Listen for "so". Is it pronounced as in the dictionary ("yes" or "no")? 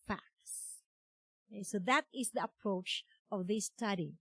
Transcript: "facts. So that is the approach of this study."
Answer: yes